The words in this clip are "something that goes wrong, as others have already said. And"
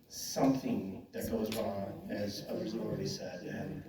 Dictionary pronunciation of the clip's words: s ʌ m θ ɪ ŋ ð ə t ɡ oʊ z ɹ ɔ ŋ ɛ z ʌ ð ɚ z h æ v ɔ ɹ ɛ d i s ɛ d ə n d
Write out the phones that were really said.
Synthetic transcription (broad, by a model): s ʌ m θ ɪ ŋ ð ə t ɡ oʊ z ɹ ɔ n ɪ z ʌ ð ɚ z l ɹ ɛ d i s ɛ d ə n